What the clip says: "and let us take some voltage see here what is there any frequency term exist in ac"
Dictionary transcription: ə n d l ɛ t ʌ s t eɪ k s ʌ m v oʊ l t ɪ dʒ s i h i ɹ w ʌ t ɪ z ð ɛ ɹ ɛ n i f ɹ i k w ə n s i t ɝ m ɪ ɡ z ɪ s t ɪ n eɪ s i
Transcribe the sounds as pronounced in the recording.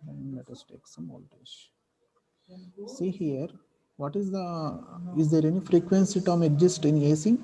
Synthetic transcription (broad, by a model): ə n d l ɛ t ʌ s t eɪ k s ʌ m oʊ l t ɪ ʃ s i h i ɹ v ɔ t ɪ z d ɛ ɹ ɛ n i f ɹ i k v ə n s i t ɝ m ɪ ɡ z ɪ s t ɪ n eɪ s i